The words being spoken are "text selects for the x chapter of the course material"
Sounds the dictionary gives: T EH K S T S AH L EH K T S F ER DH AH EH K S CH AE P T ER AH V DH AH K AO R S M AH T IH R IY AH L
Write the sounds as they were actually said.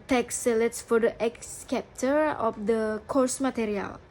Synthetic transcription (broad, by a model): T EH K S S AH L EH T S F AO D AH EH K S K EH P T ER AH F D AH K AO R S M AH T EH R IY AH L